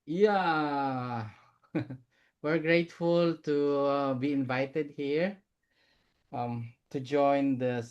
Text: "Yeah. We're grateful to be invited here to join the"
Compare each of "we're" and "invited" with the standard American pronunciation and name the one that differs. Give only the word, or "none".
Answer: none